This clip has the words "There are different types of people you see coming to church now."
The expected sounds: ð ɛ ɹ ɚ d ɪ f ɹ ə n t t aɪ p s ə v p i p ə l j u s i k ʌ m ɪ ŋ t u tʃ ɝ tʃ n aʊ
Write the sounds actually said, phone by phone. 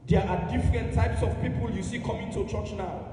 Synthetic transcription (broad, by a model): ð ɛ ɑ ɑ d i f ɹ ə n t t aɪ p s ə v p i p ə l j u s i k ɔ m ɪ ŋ t u tʃ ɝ tʃ n aʊ